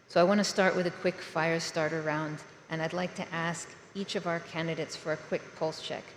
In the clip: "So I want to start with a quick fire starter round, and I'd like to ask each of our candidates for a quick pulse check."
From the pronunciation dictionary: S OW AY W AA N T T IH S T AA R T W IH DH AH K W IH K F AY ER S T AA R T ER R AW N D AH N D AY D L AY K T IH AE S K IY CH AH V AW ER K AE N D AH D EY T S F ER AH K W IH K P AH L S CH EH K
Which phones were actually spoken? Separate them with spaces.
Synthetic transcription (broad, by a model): S OW AY W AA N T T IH S T AA R T W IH DH AH K W IH K F AY ER S T AA R T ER R AW N D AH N AY D L AY K T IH AE S K IY CH AH V AW ER K AE N D AH D EY T S F ER AH K W IH K P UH L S CH EH K